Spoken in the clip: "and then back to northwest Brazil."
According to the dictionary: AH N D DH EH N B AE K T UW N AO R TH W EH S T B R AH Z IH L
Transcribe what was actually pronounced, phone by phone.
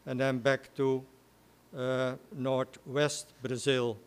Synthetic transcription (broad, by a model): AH N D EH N B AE K T UW N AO R T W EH S T B R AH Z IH L